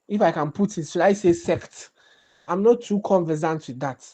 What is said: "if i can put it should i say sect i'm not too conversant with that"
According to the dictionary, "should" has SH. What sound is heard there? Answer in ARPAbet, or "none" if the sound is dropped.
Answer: S